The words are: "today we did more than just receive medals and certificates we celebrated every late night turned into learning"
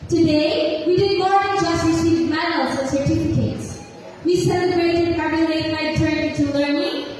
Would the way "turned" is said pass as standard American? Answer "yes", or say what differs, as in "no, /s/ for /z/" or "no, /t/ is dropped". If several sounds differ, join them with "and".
no, /d/ is dropped